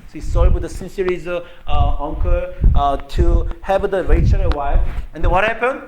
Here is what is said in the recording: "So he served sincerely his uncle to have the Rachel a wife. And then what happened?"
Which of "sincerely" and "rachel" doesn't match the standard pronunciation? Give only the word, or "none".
sincerely